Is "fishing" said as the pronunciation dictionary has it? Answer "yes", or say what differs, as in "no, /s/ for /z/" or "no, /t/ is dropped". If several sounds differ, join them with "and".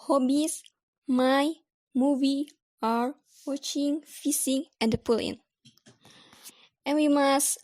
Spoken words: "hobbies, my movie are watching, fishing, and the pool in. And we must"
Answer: no, /s/ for /ʃ/